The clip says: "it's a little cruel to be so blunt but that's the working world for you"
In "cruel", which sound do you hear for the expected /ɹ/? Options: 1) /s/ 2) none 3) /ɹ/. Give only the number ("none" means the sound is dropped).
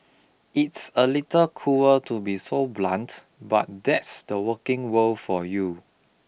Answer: 2